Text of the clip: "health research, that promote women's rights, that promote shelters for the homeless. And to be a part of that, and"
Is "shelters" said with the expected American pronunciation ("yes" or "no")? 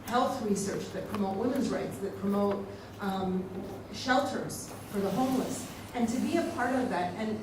yes